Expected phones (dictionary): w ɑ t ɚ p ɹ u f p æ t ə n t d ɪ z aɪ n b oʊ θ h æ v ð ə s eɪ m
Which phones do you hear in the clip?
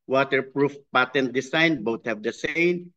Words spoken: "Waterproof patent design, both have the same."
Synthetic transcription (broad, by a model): w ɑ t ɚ p ɹ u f p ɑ t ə n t d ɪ s aɪ n b oʊ t h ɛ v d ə s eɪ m